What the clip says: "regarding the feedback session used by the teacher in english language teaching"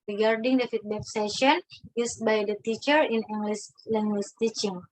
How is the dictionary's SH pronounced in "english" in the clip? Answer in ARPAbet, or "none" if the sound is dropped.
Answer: S